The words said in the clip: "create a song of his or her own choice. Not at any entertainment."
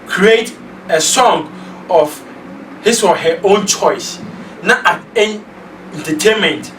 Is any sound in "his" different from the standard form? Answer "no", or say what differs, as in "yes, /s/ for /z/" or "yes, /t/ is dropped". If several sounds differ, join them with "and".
yes, /s/ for /z/